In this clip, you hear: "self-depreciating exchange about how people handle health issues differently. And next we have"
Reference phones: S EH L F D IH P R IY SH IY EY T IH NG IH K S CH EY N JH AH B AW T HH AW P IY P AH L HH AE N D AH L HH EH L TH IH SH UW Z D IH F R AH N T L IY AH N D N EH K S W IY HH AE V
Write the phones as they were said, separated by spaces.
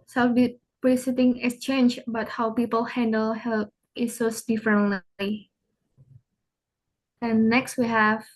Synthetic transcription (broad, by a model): S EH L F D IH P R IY S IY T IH NG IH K S CH EY N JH B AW T HH AW P IY P AH L HH AE N D AH L HH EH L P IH S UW S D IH F R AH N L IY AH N N EH K S W IY HH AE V